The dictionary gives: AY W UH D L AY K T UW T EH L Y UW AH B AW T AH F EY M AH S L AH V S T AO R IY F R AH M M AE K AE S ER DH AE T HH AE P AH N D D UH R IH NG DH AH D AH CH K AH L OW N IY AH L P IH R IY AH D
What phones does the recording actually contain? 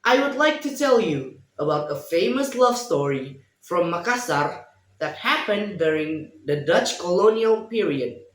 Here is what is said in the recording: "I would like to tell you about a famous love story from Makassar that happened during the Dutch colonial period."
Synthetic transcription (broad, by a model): AY W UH D L AY K T UW T EH L Y UW AH B AW T AH F EY M AH S L AH V S T AO R IY F R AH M M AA K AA S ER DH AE T HH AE P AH N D D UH R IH NG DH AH D AH CH K AH L OW N IY AH L P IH R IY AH D